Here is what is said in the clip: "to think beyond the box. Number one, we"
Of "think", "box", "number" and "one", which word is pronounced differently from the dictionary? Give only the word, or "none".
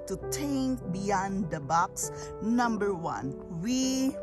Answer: think